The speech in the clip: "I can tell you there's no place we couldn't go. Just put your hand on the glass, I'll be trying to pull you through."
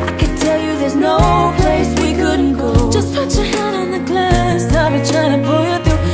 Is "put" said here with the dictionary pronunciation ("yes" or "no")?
no